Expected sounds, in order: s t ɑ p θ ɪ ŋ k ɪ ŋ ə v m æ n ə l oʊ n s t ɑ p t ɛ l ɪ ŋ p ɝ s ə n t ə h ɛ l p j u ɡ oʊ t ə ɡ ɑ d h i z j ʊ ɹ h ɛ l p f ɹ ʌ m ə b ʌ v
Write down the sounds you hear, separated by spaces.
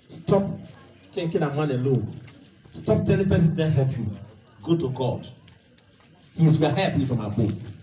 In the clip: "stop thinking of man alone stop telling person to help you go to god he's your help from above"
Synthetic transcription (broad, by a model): s t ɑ p t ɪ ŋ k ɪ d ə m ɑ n ə l oʊ n s t ɑ p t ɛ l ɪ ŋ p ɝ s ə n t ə h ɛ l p j u ɡ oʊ t ə ɡ ɑ d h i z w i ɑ h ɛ p f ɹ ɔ m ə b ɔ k